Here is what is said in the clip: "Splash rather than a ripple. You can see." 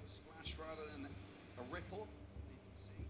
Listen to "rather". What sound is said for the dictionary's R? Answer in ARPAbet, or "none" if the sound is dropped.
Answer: R